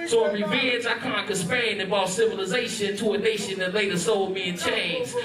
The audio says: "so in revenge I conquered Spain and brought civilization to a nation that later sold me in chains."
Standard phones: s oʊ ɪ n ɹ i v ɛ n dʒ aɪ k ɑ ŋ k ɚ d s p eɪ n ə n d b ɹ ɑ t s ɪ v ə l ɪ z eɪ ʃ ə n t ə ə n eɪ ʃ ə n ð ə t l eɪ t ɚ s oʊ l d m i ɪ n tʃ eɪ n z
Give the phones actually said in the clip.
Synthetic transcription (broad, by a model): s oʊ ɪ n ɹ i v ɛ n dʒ aɪ k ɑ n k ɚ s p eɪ ə n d b ɑ t s ɪ v ə l ɪ z eɪ ʃ ə n t ə ə n eɪ ʃ ə n ð ə t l eɪ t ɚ s oʊ l d m i ɪ n tʃ eɪ n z